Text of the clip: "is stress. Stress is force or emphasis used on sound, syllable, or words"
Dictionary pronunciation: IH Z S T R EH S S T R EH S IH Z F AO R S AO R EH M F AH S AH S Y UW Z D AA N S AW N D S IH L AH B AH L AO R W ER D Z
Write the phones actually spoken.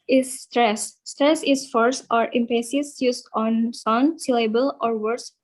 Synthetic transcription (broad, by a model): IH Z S T R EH S S T R EH S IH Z F AO R S AO R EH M P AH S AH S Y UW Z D AA N S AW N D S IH L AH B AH L AO R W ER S